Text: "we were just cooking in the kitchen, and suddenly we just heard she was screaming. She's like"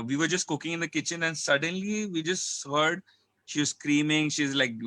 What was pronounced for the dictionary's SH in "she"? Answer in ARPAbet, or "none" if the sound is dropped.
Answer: SH